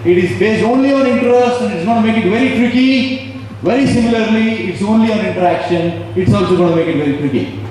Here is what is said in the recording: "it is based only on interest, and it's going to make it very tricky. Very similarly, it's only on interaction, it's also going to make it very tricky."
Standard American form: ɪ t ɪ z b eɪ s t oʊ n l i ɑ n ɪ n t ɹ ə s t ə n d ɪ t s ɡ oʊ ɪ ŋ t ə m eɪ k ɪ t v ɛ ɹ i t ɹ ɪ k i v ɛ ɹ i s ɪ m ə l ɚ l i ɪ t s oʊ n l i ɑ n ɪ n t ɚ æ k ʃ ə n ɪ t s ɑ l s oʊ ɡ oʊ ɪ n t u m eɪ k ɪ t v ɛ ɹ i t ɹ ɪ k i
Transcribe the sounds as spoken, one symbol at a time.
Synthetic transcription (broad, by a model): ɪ t ɪ z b eɪ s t oʊ n l i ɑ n ɪ n t ɹ ə s t ə n d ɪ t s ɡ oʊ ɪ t m eɪ k ɪ t v ɛ ɹ i t ɹ ɪ k i v ɛ ɹ i s ɪ m ə l ɚ l i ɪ t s oʊ n l i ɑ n ɪ n t ɚ æ k ʃ ə n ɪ t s ɑ l s oʊ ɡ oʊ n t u m eɪ k ɪ t v ɛ ɹ i t ɹ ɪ k i